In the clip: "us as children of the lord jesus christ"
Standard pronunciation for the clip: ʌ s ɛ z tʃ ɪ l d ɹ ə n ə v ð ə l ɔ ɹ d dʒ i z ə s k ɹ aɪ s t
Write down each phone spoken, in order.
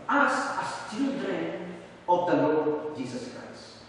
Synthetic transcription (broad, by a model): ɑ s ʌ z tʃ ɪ d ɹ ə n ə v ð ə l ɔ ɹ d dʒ i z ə s k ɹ aɪ s t